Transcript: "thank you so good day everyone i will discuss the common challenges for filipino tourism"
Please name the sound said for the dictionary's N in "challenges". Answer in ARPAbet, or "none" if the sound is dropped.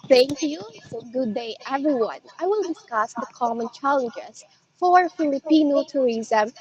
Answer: none